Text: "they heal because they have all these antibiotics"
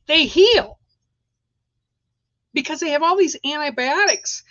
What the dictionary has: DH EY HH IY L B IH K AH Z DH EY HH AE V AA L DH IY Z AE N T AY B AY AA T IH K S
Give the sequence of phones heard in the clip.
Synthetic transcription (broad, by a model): DH EY HH IY L B IH K AH Z DH EY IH V AA L DH IY Z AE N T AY B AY AA T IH K S